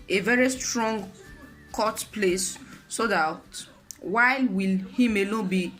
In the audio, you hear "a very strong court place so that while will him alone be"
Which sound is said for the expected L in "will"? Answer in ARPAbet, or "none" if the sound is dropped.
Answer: L